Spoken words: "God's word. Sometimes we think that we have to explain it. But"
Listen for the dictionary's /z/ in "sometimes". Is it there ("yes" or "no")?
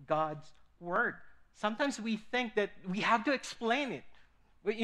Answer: yes